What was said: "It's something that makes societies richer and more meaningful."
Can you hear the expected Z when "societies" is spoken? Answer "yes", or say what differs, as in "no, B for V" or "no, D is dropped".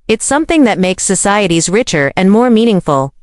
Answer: yes